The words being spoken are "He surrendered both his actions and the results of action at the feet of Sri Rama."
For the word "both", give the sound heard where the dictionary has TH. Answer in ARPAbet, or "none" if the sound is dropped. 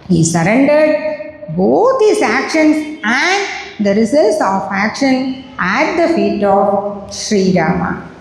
T